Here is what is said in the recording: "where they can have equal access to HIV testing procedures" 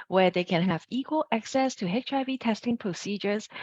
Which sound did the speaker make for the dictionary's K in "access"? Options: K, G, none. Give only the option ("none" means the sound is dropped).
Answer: K